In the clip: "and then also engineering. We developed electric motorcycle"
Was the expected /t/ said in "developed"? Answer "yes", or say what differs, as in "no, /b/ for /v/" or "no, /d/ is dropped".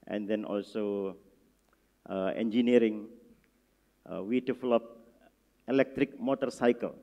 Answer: no, /t/ is dropped